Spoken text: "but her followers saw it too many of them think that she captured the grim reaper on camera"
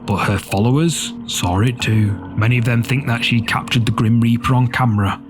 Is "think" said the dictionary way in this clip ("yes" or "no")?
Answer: yes